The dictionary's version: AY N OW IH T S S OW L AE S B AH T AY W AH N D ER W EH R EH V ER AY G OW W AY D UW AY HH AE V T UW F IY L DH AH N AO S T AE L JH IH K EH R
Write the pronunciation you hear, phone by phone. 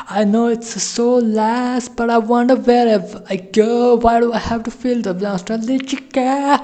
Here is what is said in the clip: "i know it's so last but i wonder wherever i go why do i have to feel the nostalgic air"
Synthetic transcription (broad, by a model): AY N OW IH T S S OW L AE S B AH T AY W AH N D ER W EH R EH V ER AY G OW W AY D UW AY HH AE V T UW F IY L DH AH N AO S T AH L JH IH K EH